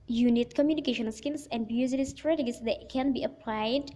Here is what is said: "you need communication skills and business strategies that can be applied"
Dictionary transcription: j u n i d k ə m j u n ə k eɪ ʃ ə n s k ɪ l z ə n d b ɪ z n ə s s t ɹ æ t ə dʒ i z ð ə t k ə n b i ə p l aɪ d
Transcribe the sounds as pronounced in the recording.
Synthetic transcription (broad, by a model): j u n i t k ə m j u n ə k eɪ ʃ ə n s k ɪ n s ə n d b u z l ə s s t ɹ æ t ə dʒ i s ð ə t k ə n b i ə p l aɪ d